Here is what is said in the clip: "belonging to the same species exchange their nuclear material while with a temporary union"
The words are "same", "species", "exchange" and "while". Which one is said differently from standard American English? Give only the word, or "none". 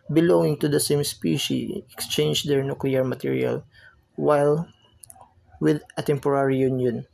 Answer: species